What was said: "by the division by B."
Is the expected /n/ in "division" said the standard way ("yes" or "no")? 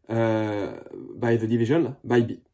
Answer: no